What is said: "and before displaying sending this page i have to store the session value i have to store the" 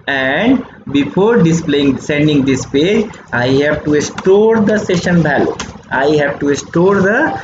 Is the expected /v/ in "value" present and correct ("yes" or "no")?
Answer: no